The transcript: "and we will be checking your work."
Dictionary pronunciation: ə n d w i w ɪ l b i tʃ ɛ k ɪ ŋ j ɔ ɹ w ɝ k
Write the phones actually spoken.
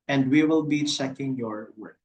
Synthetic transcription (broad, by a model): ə n d w i w ɪ l b i s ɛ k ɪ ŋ j ɔ ɹ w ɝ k